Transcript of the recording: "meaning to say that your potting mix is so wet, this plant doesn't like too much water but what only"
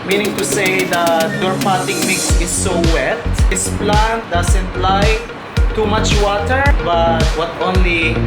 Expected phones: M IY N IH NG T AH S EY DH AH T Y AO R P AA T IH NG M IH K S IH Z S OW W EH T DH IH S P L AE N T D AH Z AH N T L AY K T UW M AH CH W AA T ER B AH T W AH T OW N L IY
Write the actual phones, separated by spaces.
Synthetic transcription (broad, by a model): M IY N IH NG T AH S EY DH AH T Y AO R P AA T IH NG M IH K S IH S OW W EH T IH S P L AE N T D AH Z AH N T L AY T UW M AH CH W AA T ER B AH T W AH T OW N L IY